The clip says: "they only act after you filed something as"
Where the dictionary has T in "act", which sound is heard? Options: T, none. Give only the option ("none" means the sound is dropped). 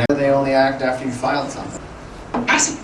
T